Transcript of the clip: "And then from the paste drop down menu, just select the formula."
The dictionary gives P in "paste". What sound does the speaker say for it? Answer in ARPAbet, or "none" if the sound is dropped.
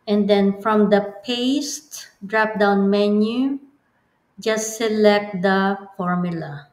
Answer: P